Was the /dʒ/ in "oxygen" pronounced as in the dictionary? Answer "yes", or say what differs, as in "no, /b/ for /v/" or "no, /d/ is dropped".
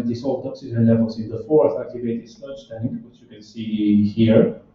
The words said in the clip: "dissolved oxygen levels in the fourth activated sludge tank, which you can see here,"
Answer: no, /z/ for /dʒ/